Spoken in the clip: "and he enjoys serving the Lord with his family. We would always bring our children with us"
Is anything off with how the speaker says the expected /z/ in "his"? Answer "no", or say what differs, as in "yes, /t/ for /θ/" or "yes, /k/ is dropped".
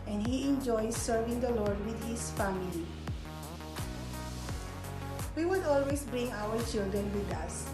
yes, /s/ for /z/